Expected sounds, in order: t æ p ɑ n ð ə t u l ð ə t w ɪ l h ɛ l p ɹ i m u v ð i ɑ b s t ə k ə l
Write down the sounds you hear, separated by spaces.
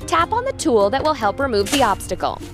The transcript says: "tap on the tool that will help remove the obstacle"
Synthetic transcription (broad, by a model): t æ p n ð ə t u l ð ə t w ɪ l h ɛ l p ɹ i m u v ð i ɑ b s t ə k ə l